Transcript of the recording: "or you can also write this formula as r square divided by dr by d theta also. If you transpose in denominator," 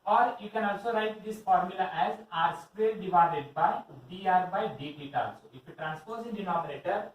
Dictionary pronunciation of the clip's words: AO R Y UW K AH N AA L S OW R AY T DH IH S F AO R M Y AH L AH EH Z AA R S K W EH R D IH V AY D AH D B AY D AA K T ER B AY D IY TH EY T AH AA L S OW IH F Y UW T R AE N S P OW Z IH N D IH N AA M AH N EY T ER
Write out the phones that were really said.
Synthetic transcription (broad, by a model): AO R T K AH N AA L S OW R AY T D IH S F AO R M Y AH L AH EH Z AA R S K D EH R D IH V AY D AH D B AY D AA T B AY D IY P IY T AA L S OW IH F Y UW T R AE N S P OW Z IH N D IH N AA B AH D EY T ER